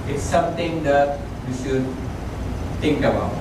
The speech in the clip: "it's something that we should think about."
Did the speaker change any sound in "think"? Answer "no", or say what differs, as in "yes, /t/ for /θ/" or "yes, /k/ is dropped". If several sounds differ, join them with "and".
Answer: yes, /t/ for /θ/